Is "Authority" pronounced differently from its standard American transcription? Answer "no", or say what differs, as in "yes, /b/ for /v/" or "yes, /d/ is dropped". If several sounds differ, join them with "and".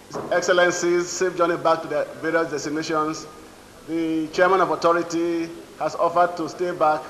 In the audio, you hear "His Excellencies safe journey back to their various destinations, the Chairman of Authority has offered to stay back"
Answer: yes, /t/ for /θ/